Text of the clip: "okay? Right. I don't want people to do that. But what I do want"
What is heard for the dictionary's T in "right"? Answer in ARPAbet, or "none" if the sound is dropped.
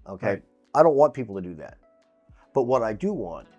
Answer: none